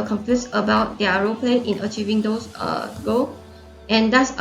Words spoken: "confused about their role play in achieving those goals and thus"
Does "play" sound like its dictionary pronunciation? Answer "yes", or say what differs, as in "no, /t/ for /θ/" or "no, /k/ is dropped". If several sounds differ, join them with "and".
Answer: yes